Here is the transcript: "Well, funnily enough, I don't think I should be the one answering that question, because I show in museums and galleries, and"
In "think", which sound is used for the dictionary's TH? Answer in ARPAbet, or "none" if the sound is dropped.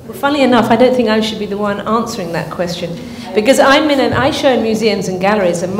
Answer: TH